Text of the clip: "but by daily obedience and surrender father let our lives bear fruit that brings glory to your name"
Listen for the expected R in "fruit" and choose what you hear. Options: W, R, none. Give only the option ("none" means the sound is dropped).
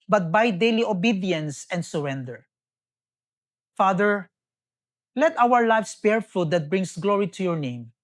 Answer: none